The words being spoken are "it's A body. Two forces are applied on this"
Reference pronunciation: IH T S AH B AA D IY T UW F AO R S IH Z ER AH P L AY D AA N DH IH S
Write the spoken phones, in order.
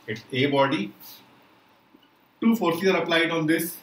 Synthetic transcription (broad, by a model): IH T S AH B AA D IY T UW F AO R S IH ER AH P L AY D AA N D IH S